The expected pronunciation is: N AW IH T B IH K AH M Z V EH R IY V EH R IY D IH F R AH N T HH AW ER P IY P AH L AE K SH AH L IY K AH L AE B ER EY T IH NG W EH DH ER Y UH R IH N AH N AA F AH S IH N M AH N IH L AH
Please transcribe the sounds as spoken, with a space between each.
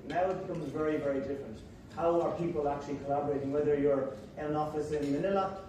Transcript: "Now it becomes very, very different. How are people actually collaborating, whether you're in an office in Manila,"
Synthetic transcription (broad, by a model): N AW IH T B IH K AH M Z V EH R IY V EH R IY D IH F R AH N T HH AW ER P IY P AH L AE K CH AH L IY K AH L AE B ER EY T IH NG W EH DH ER Y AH R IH AH N AA F AH S IH N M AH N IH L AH